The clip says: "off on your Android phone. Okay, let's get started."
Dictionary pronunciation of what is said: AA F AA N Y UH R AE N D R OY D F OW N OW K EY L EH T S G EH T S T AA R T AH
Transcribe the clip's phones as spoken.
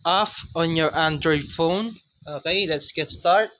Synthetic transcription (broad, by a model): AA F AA N Y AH R AE N D R OY D F OW N OW K EY L EH T S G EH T S T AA R T